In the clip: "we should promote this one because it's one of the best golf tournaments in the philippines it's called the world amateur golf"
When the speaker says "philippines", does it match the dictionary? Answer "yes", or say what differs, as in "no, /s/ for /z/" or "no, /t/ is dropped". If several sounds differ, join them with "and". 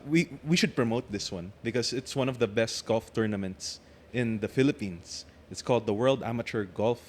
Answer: no, /s/ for /z/